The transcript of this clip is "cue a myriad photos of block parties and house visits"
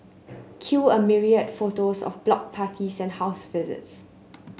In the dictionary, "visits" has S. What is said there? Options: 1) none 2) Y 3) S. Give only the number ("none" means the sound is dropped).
3